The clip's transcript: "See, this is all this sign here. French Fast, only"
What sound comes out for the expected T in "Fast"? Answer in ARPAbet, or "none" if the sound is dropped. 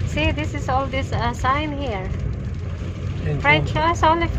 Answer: none